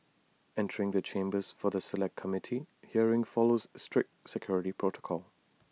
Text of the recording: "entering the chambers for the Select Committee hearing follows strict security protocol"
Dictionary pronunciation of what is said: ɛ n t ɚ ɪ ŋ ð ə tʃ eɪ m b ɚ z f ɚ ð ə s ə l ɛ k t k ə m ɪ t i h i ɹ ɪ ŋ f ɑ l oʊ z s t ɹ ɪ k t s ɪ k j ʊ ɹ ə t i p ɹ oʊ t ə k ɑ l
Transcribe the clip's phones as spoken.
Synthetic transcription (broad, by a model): ɛ n t ɚ ɪ ŋ ð ə tʃ eɪ m b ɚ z f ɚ ð ə s ə l ɛ k t k ə m ɪ t i h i ɹ ɪ ŋ f ɑ l oʊ z s t ɹ ɪ k t s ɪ k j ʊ ɹ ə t i p ɹ oʊ t ə k ɑ l